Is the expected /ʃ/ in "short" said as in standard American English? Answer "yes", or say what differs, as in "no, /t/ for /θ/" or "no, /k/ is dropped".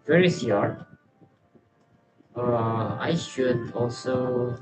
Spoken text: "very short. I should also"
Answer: no, /s/ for /ʃ/